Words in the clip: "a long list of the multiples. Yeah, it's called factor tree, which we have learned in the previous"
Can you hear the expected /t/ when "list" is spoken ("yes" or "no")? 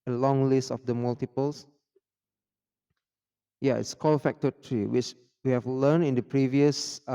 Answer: yes